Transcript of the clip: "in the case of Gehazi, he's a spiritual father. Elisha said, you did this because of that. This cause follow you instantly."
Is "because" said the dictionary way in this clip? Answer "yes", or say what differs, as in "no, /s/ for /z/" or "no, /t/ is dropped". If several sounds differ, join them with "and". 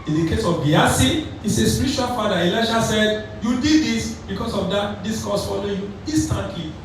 no, /s/ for /z/